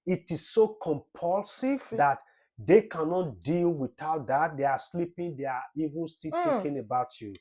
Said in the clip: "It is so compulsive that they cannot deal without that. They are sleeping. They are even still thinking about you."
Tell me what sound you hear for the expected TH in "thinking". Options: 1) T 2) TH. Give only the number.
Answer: 1